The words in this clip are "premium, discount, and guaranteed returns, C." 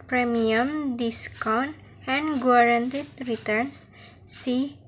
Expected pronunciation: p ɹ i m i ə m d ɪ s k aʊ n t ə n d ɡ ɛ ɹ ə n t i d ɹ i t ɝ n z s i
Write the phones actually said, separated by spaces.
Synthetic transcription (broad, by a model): p ɹ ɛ m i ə m d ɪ s k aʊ n ə n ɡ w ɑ ɹ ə n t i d ɹ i t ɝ n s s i